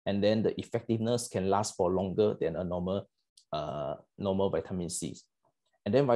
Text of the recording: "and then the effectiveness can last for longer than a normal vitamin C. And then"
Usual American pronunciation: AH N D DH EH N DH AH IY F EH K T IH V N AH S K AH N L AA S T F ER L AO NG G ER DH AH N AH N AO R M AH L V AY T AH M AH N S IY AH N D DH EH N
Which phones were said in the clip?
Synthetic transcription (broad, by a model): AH N D EH N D AH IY F EH K T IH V N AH S K AH N L AA S T F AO L AO NG G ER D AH N AH N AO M M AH L V AY T AH M AH N S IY AH N D EH N